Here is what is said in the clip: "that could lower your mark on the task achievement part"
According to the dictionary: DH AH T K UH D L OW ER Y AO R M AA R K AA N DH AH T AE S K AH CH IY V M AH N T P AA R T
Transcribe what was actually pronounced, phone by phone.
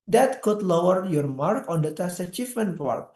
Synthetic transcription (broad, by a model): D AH T K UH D L OW ER Y AO R M AA R K AA N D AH T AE S AH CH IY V M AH N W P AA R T